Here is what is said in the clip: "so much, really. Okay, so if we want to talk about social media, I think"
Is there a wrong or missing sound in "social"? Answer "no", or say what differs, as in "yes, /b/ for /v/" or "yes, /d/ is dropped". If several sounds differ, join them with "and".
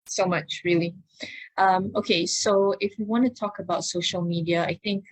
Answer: no